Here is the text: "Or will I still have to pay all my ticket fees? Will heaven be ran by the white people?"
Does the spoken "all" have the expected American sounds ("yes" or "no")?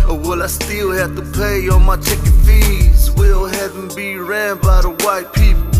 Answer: no